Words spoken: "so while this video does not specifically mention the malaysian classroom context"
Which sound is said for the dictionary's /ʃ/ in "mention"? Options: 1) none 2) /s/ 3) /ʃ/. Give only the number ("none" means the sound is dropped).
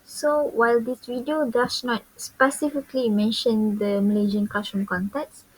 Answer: 3